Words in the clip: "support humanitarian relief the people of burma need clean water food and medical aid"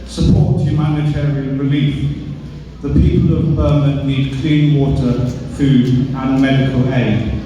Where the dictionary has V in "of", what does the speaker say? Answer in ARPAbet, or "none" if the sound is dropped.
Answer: V